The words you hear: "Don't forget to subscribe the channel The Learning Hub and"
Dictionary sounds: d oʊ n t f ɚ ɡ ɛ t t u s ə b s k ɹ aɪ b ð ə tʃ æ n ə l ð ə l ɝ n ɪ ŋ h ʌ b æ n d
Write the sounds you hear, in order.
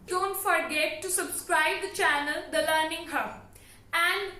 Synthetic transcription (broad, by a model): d oʊ n t f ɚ ɡ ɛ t t u s ə b s k ɹ aɪ b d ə tʃ æ n ə l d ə l ɝ n ɪ ŋ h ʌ æ n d